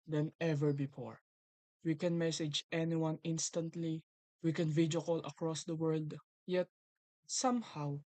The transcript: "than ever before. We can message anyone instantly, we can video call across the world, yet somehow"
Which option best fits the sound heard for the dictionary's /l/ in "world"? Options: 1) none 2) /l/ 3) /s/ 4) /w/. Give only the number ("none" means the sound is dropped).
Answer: 2